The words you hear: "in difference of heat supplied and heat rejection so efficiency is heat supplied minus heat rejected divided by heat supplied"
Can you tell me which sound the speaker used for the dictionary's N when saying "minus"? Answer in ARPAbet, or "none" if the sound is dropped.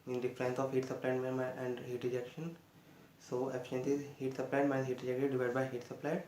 none